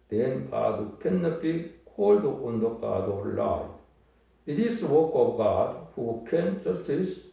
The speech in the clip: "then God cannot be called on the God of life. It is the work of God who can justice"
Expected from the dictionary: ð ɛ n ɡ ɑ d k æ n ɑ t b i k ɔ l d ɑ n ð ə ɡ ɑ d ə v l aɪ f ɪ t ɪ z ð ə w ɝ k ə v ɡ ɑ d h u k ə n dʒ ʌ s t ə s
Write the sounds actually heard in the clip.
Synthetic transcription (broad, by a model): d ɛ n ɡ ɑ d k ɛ n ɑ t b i k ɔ l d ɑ n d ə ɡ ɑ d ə l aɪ ɪ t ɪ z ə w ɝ k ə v ɡ ɑ d h u k ə n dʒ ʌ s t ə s